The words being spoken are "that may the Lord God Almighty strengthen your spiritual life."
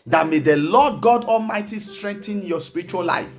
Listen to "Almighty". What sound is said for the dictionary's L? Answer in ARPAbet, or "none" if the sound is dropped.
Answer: L